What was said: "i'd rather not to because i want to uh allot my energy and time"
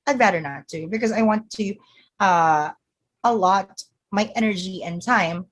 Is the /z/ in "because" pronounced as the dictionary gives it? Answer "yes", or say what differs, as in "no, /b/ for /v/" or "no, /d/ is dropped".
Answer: yes